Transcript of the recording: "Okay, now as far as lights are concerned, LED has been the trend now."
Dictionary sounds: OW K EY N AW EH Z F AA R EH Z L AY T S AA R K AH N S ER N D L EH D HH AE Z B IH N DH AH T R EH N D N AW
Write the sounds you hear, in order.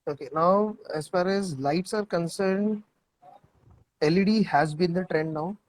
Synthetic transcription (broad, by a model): OW K EY N AW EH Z F AA R EH Z L AY T S AA R K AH N S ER N D L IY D HH AE Z B IH N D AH T R EH N D N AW